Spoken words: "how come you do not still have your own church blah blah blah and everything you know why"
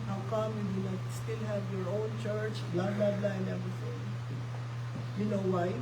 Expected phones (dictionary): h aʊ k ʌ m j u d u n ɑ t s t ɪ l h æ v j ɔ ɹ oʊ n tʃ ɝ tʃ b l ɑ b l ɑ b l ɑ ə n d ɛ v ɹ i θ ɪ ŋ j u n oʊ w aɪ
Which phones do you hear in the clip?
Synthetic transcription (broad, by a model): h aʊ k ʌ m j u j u l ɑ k s t ɪ l h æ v j ɔ ɹ oʊ n tʃ ɝ tʃ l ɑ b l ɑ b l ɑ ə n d ɛ v ɹ i θ ɪ ŋ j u n oʊ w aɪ